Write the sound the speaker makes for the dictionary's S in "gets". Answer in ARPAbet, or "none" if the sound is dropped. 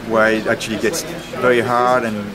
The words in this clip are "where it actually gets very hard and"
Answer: S